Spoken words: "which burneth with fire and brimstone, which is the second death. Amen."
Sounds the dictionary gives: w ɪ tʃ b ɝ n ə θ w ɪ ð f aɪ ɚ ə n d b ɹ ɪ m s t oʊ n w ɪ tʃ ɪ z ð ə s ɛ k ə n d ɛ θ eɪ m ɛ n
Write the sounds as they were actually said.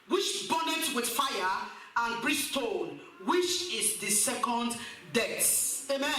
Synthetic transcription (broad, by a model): w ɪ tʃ b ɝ n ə t w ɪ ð f aɪ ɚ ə n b ɹ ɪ s t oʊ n w ɪ tʃ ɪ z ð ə s ɛ k ə n d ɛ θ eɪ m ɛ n